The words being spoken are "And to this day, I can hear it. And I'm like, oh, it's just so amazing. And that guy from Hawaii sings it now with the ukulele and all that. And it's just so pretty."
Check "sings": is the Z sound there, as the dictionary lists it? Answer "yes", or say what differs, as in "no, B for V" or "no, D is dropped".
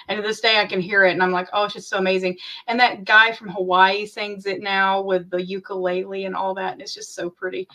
yes